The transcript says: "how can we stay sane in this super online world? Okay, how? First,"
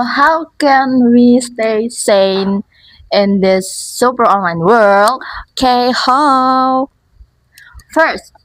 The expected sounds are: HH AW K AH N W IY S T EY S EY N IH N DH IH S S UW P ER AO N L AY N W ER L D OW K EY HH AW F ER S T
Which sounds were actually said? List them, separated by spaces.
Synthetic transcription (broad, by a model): HH AW K AH N W IY S T EY S EY N IH N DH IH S S UW P ER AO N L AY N W ER L D K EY HH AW F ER S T